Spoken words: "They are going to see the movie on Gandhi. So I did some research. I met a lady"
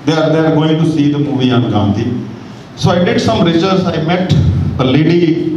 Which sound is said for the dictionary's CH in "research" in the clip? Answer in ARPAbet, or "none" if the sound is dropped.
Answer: S